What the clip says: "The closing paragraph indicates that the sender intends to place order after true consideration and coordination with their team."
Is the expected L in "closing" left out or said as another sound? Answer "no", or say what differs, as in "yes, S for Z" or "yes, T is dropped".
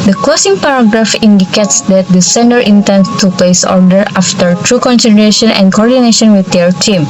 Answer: yes, L is dropped